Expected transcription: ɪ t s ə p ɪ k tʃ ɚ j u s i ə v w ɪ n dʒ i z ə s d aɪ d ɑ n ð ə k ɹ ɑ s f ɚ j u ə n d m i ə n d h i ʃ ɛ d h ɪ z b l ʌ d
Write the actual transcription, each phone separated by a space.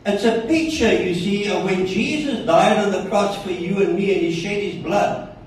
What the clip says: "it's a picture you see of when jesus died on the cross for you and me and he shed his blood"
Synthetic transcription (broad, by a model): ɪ t s ə p ɪ k tʃ ɚ j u s i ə w ɪ n dʒ i z ə s d aɪ d n ð ə k ɹ ɑ s f ɚ j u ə n m i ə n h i ʃ ɛ d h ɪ z b l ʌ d